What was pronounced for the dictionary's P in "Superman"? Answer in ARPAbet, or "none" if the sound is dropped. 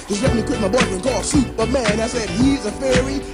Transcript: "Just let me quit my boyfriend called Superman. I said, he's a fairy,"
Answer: B